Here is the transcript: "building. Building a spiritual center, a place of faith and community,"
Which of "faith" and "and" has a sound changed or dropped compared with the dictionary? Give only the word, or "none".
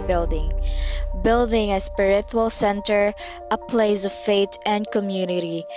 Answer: faith